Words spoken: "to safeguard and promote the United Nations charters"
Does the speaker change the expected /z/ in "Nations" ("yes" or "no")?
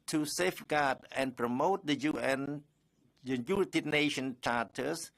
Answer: yes